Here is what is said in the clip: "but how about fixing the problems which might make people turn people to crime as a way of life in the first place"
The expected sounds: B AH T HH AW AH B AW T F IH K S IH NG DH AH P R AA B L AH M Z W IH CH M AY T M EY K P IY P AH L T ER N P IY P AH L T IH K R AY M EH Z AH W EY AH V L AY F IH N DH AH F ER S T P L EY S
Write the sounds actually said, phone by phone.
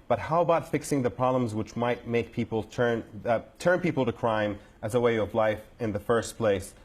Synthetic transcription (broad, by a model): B AH T HH AW AH B AW T F IH K S IH NG DH AH P R AA B L AH M Z W IH CH M AY T M EY K P IY P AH N T ER N P IY P L T IH K R AY M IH Z AH W EY AH V L AY F IH N DH AH F ER S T P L EY S